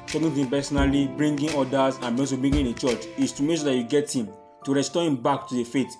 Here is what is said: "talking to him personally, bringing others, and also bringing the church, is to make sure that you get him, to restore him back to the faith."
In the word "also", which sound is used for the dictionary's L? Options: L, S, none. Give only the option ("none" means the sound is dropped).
none